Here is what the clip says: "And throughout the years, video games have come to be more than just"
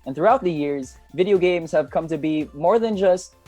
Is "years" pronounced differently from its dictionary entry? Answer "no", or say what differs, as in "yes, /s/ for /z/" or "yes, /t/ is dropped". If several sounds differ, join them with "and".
no